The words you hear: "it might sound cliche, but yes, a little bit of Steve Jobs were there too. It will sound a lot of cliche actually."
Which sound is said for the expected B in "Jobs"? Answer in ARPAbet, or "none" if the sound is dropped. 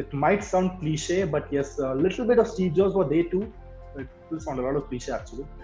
none